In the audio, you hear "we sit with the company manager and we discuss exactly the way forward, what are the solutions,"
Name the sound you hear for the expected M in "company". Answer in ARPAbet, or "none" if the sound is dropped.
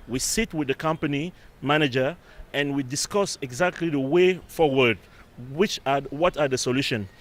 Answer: M